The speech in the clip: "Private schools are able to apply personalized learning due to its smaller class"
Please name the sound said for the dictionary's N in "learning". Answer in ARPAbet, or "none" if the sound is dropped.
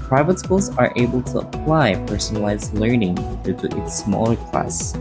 N